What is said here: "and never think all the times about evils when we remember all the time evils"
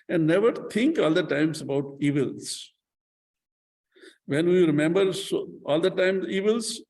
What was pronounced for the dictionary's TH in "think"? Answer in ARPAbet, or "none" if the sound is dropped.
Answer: T